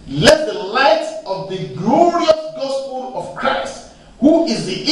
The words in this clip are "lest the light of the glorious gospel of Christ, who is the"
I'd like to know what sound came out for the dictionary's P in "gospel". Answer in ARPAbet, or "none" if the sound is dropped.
P